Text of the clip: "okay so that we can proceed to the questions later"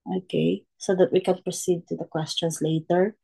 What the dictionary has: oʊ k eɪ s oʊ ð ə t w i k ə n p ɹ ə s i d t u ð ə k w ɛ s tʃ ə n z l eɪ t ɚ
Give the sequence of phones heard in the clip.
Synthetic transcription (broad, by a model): oʊ k eɪ s oʊ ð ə t w i k ə n p ɹ ə s i d t u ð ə k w ɛ s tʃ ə n s l eɪ t ɚ